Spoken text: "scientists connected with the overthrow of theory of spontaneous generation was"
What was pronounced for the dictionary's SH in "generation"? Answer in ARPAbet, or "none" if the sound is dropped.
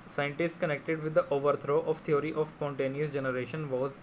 SH